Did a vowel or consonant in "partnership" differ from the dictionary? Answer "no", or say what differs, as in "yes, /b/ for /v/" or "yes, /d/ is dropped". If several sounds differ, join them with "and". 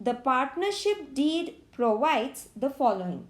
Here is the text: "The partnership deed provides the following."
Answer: no